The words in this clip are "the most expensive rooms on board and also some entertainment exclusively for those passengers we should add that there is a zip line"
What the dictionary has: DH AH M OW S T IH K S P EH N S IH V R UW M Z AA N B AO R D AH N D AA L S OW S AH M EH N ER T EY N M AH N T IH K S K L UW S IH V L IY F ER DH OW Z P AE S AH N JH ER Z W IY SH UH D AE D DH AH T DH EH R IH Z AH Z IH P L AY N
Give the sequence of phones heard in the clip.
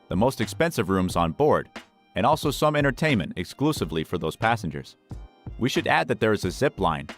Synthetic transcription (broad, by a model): DH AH M OW S T IH K S P EH N S IH V R UW M Z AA N B AO R D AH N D AA L S OW S AH M EH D ER T EY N M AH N T IH K S K L UW S IH V L IY F ER DH OW Z P AE S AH N JH ER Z W IY SH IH D AE D DH AH T DH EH R IH Z AH Z IH P L AY N